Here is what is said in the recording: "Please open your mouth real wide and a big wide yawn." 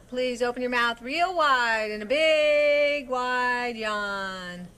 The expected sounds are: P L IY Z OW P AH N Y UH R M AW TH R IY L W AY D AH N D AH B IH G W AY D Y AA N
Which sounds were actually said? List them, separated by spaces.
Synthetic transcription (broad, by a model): P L IY Z OW P AH N Y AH R M AW TH R IY L W AY D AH N AH B IH G W AY D Y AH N